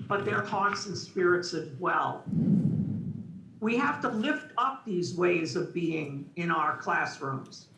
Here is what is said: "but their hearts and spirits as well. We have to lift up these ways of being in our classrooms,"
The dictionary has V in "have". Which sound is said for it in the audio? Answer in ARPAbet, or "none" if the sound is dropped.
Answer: F